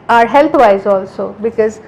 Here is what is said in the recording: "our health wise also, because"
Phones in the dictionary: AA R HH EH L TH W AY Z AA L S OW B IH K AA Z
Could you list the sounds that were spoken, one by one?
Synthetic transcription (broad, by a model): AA R HH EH L T W AY Z AA L S OW B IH K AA Z